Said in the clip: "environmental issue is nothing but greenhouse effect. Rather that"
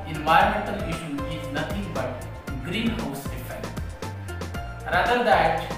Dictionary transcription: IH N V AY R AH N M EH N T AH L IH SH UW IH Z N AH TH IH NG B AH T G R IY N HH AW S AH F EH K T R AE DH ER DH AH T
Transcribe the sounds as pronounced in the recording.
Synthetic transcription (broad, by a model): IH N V AY R M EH N T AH L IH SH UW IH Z N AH T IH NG B AH T G R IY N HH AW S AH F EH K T R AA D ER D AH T